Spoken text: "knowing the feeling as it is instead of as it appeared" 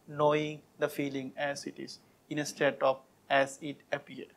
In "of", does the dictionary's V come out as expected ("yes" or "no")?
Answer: no